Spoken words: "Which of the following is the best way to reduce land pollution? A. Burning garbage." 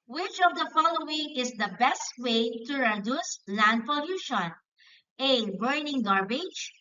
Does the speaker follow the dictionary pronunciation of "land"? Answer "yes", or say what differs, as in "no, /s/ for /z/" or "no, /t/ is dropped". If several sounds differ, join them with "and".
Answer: yes